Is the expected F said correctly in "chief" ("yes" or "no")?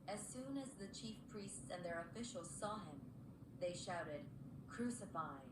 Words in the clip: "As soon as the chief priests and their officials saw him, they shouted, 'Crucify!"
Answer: yes